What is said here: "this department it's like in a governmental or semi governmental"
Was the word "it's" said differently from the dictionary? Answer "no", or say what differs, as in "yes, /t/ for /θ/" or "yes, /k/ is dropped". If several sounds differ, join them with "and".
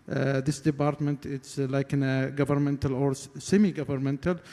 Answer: no